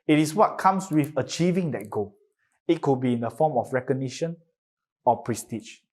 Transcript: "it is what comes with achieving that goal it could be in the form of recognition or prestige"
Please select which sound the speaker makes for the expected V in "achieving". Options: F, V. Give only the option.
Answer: V